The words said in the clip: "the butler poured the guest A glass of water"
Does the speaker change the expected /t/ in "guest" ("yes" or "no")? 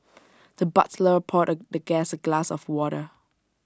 yes